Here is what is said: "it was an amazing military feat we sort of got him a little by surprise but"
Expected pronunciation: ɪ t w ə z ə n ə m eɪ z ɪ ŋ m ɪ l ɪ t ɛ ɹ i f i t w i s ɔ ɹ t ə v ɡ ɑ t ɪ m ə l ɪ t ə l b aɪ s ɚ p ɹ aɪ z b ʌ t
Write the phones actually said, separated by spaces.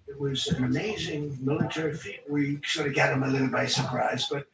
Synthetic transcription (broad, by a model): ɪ t w ə z ə n ə m eɪ z ɪ ŋ m ɪ l ɪ t ɛ ɹ i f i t w i s ɔ ɹ t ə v ɡ ɑ t ɪ m ə l ɪ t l b aɪ s ɚ p ɹ aɪ z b ʌ t